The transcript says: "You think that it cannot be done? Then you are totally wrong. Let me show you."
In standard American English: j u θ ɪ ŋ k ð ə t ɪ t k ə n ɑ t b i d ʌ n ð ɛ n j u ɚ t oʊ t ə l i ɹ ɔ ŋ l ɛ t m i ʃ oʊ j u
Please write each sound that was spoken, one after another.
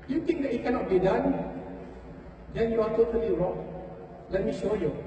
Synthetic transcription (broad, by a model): j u t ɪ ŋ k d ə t ɪ t k ə n ɑ t b i d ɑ n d ɛ n j u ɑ t oʊ t ə l i ɹ ɔ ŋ l ɛ t m i ʃ oʊ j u